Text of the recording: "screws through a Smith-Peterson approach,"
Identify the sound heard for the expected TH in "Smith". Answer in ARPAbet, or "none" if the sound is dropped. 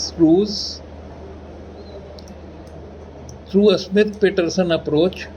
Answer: T